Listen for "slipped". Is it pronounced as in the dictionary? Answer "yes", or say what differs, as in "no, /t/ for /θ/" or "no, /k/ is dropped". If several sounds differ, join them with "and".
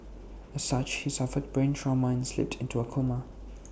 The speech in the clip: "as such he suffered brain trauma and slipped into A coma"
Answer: yes